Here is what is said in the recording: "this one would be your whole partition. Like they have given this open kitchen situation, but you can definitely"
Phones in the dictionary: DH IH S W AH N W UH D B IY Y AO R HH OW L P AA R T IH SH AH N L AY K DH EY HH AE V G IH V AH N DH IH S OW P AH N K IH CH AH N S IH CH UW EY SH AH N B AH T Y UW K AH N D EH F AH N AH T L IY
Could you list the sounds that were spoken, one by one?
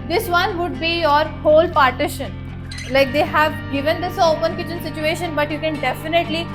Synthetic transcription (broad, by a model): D IH S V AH N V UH D B IY Y AO R HH OW L P AA R T IH SH AH N L AY K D EY HH AE V G IH V AH N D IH S OW P AH N K IH CH AH N S IH CH UW EY SH AH N B AH T Y UW K AH N D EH F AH N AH T L IY